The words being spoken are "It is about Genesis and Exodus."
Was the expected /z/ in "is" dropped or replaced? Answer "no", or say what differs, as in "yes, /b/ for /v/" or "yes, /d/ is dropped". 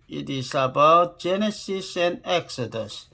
yes, /s/ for /z/